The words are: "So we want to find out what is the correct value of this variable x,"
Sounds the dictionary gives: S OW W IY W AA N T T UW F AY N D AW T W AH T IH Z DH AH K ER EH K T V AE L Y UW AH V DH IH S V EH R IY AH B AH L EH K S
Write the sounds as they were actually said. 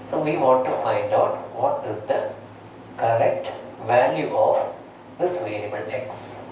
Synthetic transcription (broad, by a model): S OW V IY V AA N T T UW F AY N D AW T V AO T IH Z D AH K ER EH K T V AE L Y UW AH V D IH S V EH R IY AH B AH L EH K S